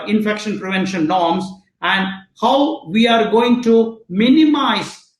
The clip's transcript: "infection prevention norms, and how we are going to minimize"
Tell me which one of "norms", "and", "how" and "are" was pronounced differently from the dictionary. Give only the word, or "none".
norms